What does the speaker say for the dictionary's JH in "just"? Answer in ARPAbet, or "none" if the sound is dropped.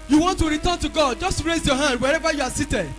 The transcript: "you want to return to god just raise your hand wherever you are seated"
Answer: JH